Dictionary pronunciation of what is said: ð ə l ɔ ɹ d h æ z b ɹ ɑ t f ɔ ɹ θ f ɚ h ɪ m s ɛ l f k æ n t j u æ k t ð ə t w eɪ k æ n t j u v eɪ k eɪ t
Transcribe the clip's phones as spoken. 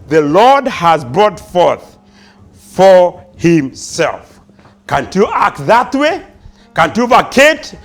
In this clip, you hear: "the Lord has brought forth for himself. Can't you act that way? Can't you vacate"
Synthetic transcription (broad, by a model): ð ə l ɔ ɹ d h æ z b ɹ ɑ t f ɔ ɹ θ f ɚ h ɪ m s ɛ l f k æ n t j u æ k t ð ə t w eɪ k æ n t j u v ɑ k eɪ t